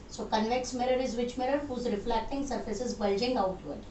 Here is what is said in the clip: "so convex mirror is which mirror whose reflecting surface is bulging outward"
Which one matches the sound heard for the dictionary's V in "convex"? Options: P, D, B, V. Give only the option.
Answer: V